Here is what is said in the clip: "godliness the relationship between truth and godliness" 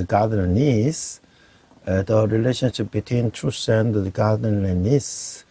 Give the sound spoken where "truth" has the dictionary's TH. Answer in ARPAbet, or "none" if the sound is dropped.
S